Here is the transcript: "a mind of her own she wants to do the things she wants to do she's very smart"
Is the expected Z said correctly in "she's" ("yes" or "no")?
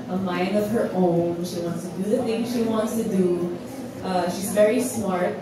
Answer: yes